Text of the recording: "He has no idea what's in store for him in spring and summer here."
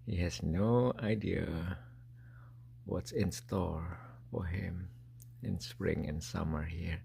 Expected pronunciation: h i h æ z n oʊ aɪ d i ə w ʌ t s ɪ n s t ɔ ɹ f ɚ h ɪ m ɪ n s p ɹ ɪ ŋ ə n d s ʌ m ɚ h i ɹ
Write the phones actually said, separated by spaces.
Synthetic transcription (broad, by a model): h i h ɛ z n oʊ aɪ d i ə w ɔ t s ɪ n s t ɔ l f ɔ h ɪ m ɪ n s p ɹ ɪ ŋ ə n s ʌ m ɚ h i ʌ